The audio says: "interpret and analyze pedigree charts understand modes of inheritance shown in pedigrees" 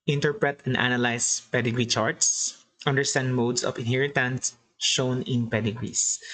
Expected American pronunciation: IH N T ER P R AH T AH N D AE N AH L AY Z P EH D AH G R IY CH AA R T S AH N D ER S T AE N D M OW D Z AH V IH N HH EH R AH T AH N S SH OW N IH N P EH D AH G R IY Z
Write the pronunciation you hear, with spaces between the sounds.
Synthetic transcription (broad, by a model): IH N T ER P R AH T AH N D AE N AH L AY S P EH D AH G R IY CH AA R T S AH N D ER S T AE N D M OW D S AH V IH N HH EH R AH T AH N S SH OW N IH N P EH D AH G R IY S